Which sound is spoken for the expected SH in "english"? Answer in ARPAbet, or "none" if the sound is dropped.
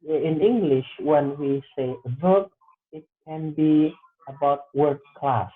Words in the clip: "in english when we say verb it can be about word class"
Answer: SH